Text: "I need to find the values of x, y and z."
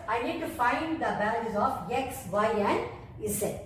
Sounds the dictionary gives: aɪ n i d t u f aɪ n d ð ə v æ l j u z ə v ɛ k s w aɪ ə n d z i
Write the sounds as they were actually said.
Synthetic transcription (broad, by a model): aɪ n i d t u f aɪ n d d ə b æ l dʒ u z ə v ɛ k s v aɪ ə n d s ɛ